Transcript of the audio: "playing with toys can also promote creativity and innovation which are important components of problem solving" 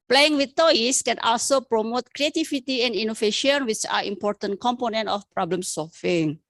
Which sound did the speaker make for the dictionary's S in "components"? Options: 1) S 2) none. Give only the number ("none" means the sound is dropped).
2